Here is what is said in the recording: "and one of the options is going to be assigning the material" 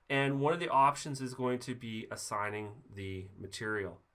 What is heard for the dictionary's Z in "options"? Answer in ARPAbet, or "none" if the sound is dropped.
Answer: Z